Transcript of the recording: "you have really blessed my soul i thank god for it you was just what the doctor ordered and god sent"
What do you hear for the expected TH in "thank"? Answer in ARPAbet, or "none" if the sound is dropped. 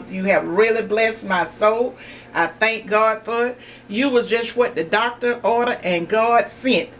TH